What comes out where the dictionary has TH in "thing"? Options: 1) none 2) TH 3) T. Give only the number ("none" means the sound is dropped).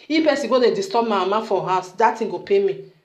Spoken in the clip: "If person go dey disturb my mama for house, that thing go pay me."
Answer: 3